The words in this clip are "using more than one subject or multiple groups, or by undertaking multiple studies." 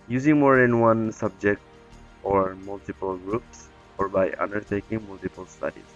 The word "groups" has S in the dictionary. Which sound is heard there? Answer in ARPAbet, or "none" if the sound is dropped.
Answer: S